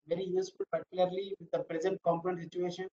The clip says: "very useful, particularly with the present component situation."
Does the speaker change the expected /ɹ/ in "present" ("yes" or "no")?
no